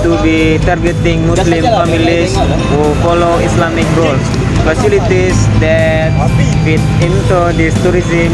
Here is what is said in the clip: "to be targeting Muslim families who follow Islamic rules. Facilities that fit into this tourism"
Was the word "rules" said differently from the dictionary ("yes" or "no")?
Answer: yes